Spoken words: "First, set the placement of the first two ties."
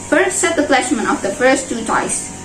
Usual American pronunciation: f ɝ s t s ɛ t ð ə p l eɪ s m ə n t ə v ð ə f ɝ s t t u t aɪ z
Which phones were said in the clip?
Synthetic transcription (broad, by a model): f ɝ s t s ɛ t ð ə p l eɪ ʃ m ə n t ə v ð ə f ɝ s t t u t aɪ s